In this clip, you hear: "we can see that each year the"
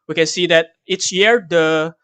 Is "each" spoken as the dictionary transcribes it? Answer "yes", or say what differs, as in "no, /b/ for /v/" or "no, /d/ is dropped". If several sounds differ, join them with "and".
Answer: no, /s/ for /tʃ/